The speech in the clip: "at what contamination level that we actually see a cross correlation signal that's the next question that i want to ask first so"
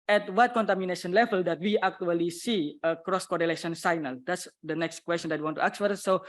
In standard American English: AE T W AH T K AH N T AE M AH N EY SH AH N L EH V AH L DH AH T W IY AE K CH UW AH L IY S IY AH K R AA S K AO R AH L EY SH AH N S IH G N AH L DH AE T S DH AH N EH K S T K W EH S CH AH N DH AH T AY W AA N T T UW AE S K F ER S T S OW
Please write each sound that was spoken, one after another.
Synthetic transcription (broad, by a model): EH T W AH T K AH N T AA M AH N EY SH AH N L EH V AH L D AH T W IY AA K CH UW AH L IY S IY AH K R AA S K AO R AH L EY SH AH N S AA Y N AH L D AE T S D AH N EH K S T K W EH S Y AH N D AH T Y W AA N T T UW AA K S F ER T S OW